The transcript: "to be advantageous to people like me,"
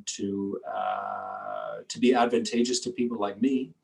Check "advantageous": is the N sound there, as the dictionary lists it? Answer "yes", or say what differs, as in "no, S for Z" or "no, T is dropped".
yes